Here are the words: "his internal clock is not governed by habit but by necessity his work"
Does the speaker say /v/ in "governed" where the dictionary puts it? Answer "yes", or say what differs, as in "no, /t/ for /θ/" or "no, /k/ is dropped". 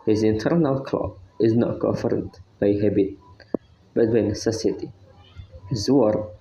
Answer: no, /f/ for /v/